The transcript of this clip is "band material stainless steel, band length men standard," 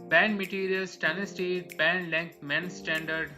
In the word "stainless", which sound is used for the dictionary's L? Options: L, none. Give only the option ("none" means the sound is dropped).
none